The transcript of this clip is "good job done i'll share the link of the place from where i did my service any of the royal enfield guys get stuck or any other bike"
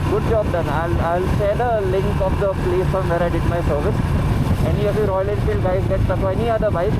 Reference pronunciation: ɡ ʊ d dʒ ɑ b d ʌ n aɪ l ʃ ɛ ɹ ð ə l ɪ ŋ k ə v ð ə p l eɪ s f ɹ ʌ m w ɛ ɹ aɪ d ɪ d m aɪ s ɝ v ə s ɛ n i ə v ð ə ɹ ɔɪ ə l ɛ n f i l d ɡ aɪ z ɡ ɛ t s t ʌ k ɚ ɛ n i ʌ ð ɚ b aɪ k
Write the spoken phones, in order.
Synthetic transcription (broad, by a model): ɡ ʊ d dʒ ɑ b d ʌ n aɪ l s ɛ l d ə l ɪ ŋ k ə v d ə p l eɪ s f ɹ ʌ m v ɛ ɹ aɪ d ɪ d m aɪ s ɝ v ə s ɛ n i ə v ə ɹ ɔɪ ə l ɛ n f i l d ɡ aɪ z ɡ ɛ t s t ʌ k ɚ ɛ n i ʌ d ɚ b aɪ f